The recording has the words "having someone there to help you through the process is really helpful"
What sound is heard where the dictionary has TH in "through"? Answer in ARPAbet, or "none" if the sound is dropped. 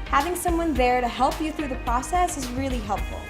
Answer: TH